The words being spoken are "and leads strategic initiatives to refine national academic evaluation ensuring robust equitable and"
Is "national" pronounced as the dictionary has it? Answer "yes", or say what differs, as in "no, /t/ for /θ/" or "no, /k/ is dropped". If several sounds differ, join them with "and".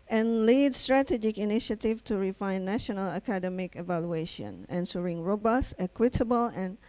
yes